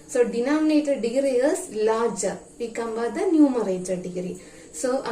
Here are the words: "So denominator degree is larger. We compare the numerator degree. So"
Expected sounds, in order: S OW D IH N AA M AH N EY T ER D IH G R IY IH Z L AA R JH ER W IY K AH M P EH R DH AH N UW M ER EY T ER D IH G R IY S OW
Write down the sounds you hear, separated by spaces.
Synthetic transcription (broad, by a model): S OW D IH N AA M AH N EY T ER D IH G R IY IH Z L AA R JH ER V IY K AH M B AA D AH N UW M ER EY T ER D IH G R IY S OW